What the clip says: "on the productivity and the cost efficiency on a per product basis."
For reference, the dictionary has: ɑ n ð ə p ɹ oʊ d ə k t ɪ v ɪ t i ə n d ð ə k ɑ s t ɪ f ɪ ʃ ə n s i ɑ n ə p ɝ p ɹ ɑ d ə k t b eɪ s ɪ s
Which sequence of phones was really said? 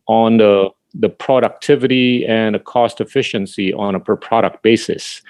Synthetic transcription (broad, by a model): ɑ n ð ə p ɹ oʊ d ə k t ɪ v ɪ t i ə n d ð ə k ɑ s t ɪ f ɪ ʃ ə n s i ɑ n ə p ɝ p ɹ ɑ d ə k t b eɪ s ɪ s